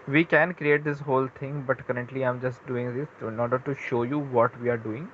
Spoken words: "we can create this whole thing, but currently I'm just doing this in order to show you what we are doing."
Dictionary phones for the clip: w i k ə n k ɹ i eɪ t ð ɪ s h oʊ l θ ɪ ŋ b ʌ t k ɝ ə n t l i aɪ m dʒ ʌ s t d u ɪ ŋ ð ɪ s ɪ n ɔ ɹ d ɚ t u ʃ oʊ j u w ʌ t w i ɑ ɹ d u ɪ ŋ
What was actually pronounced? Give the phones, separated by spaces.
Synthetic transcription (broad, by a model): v i k ə n k ɹ i eɪ t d ɪ s h oʊ l t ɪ ŋ b ʌ t k ɝ ə n t l i aɪ m dʒ ʌ s t d u ɪ ŋ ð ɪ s ɪ n ɔ ɹ d ɚ t u ʃ oʊ j u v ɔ t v i ɑ ɹ d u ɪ ŋ